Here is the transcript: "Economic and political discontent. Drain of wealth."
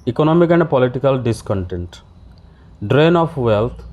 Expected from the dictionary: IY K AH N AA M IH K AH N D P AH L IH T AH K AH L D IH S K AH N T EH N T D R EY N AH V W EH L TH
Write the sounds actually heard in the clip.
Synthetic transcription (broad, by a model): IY K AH N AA M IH K AH N D P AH L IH T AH K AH L D IH S K AH N T EH N T D R EY N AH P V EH L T